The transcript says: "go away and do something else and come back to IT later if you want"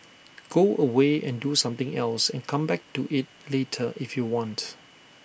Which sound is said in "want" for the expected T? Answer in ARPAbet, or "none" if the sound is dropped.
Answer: T